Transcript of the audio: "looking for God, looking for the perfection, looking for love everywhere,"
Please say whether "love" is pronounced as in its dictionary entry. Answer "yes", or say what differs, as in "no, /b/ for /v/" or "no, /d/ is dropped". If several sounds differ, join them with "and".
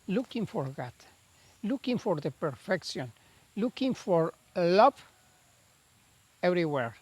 no, /p/ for /v/